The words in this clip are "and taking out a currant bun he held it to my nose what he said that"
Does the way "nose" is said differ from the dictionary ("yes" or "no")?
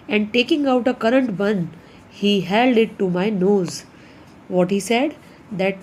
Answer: no